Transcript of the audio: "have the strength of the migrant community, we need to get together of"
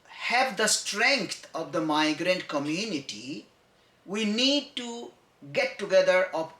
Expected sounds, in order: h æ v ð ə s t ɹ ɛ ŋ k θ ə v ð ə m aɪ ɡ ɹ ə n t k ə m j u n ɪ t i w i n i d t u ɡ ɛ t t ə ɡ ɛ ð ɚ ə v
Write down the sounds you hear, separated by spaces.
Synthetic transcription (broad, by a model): h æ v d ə s t ɹ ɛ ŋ k t ə v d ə m aɪ ɡ ɹ ə n t k ə m j u n ɪ t i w i n i d t u ɡ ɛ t t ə ɡ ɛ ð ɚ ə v